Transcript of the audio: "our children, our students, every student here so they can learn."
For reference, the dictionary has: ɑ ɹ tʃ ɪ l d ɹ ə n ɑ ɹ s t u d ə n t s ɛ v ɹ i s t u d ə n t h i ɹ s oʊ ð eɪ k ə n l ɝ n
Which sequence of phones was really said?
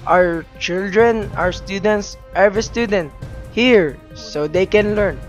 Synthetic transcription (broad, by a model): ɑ ɹ tʃ ɪ l d ɹ ə n ɑ ɹ s t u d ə n t s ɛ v i s t u d ə n t h i ɹ s oʊ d eɪ k ə n l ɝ n